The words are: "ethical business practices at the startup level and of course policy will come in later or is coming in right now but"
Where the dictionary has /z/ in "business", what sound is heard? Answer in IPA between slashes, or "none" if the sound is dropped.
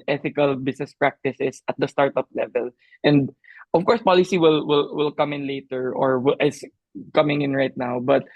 /s/